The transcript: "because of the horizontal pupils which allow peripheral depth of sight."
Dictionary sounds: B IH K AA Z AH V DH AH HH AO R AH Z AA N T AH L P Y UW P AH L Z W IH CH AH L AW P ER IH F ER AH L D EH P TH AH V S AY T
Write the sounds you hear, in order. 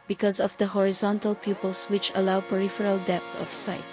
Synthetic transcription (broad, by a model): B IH K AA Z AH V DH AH HH AO R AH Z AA N T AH L P Y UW P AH L S W IH CH AH L AW P ER IH F ER AH L D EH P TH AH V S AY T